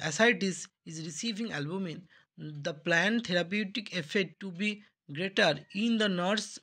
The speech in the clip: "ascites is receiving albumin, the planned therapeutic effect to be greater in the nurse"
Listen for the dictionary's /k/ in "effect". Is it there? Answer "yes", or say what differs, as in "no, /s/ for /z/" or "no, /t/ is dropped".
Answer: no, /k/ is dropped